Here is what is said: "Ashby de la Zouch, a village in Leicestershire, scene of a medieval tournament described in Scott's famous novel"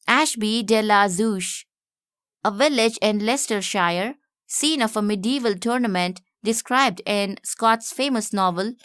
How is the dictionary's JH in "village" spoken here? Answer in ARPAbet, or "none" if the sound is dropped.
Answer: JH